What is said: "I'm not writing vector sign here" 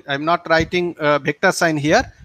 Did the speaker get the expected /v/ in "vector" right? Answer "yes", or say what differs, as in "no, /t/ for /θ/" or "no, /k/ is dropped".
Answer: no, /b/ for /v/